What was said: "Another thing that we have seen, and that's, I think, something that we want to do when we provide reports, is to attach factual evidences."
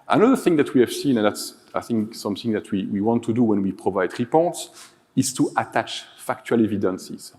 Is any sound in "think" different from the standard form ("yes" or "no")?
no